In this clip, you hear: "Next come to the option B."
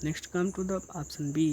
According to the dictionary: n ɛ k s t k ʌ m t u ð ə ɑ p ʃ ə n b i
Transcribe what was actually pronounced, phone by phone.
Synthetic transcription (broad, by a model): n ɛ k s t k ʌ m t u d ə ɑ p s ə n b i